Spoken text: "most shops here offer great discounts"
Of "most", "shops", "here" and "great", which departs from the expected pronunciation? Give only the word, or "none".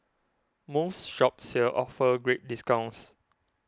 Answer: here